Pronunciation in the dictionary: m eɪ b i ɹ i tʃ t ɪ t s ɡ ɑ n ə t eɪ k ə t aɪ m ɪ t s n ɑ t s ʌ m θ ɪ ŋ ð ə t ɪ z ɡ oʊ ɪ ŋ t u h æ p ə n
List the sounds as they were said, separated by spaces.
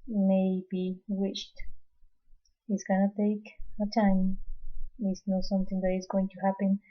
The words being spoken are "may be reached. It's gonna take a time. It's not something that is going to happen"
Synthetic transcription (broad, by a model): m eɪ b i w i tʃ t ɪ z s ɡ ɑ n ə t eɪ k ə t aɪ m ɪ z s n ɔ s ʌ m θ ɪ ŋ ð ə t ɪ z ɡ oʊ ɪ ŋ t u h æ p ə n